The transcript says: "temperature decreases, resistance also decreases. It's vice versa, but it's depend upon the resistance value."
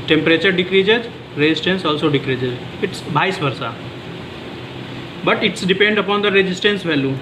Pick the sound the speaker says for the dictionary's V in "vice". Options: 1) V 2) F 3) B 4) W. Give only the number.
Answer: 3